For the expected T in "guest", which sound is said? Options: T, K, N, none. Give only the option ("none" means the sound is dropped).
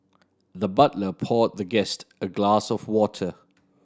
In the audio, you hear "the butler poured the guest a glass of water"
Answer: T